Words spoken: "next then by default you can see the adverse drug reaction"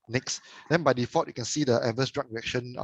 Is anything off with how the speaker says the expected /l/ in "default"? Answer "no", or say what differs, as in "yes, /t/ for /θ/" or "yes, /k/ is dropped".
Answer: yes, /l/ is dropped